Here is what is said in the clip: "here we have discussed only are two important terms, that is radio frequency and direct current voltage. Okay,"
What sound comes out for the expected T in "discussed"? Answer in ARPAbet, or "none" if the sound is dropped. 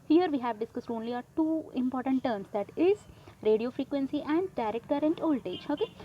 T